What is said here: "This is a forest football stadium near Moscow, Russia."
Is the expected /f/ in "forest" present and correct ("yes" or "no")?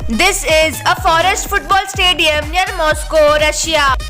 yes